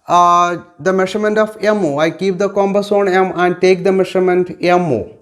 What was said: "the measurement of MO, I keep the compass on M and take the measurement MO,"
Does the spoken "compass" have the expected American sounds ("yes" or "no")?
no